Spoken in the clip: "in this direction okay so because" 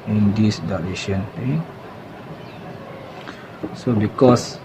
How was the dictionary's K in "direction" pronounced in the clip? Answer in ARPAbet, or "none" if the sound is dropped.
none